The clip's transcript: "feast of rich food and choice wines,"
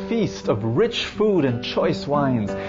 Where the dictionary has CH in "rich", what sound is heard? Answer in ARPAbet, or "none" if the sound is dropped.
CH